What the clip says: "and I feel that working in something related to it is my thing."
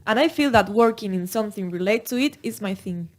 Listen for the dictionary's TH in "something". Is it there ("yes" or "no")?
yes